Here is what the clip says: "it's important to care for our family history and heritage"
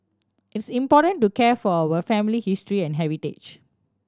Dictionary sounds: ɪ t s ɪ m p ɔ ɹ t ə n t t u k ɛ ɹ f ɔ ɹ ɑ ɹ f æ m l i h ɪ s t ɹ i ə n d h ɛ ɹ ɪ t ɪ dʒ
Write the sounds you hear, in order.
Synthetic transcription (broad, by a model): ɪ t s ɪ m p ɔ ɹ t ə n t t u k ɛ f ɔ w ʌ f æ m l i h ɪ s t ɹ i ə n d h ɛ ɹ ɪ t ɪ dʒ